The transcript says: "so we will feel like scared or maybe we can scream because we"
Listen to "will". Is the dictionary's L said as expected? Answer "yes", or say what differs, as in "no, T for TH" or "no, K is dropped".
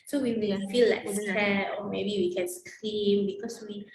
no, N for L